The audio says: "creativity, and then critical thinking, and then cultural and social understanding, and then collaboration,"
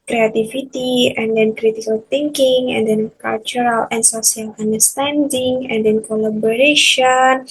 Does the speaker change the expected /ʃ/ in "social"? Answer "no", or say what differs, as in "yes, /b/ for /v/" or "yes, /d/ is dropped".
yes, /s/ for /ʃ/